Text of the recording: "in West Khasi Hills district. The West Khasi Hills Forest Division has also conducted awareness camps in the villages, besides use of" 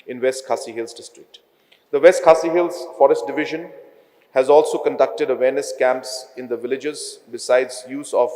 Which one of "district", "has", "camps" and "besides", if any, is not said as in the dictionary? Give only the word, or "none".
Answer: none